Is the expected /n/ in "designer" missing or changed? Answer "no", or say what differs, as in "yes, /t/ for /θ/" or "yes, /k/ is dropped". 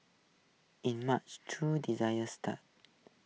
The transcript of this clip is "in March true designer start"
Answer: yes, /n/ is dropped